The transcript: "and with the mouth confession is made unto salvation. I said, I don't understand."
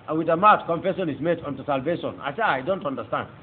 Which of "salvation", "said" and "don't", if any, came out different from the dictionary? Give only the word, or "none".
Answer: said